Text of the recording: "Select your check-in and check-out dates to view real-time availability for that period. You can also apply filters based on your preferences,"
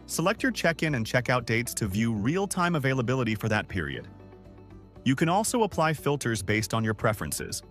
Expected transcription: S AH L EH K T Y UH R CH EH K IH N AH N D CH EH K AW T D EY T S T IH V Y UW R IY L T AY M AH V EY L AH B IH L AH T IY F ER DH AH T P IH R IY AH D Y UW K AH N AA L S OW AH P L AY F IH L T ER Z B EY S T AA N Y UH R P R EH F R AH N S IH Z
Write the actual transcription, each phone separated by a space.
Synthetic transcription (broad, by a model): S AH L EH K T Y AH R CH EH K IH N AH N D CH EH K AW T D EY T S T IH V Y UW R IY L T AY M AH V EY L AH B IH L AH T IY F ER DH AH T P IH R IY AH D Y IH K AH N AA L S OW AH P L AY F IH L T ER Z B EY S T N Y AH R P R EH F R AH N S IH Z